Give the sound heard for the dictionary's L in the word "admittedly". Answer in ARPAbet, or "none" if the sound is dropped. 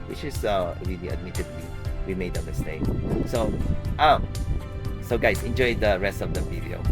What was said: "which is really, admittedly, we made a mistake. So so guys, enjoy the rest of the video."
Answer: W